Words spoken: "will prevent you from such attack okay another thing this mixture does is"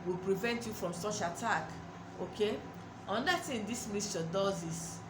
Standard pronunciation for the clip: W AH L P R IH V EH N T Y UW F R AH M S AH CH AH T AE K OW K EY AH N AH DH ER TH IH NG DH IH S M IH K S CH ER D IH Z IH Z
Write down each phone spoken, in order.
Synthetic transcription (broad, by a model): W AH L P R IH V EH N T Y UW F R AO M S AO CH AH T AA K OW K EY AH N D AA T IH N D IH S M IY S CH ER D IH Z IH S